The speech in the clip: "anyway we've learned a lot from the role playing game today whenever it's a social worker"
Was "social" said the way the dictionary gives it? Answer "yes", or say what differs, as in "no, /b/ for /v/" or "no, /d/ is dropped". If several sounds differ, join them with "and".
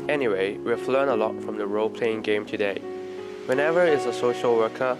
yes